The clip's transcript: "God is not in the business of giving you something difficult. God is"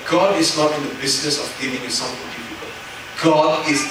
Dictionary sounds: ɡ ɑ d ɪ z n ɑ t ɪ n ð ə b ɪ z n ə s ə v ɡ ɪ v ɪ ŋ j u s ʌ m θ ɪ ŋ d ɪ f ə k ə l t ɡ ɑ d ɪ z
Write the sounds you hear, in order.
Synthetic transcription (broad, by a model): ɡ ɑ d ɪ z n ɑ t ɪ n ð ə b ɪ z n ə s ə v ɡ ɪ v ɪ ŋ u s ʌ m f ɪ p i p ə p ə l ɡ ɑ d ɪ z